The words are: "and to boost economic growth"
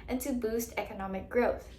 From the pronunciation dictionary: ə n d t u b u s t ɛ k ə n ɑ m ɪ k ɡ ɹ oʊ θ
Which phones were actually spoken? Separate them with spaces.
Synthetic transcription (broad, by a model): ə n t u b u s t ɛ k ə n ɑ m ɪ k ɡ ɹ oʊ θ